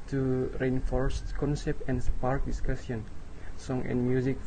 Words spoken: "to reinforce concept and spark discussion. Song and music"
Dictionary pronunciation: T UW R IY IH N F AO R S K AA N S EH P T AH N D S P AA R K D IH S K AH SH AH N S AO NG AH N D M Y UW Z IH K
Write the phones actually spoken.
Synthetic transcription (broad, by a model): T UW R IY IH N F AO R S K AA N S EH P T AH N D S P AA R K D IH S K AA S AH N S AO NG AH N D M Y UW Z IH K